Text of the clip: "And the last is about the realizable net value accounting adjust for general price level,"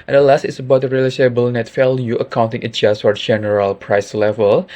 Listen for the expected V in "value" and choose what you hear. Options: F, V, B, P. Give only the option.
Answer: F